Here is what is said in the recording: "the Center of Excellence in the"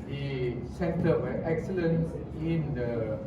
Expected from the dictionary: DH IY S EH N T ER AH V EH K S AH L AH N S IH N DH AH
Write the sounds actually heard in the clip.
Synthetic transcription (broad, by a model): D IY S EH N T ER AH W EH K S AH L AH N S IH N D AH